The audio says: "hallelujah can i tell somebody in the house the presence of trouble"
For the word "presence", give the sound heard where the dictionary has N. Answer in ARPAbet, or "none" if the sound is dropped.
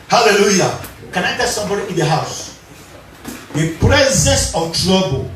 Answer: none